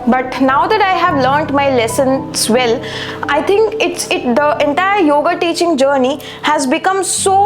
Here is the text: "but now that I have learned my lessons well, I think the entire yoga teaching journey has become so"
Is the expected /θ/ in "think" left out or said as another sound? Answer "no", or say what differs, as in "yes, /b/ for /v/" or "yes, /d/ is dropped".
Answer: yes, /t/ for /θ/